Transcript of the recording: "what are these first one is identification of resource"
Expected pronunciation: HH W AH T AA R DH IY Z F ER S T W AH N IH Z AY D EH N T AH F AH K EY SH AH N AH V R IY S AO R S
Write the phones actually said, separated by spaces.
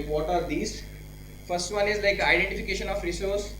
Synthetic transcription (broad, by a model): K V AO T AA R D IY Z F ER S T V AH N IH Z AY D EH N T AH F AH K EY SH AH N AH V R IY S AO R S